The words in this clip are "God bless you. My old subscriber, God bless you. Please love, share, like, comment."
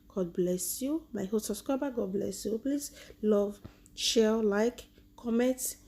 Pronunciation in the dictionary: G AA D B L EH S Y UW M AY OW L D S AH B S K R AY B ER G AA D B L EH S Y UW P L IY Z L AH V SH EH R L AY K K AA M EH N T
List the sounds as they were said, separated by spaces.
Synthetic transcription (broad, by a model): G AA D B L EH S Y UW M AY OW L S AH S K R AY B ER G AA D B L EH S Y UW P L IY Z L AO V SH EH L L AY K K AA M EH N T